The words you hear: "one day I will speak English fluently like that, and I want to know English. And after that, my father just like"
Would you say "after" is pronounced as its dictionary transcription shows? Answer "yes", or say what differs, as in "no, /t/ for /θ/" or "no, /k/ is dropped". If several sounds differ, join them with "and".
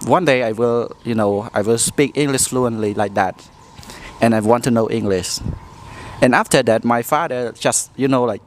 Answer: yes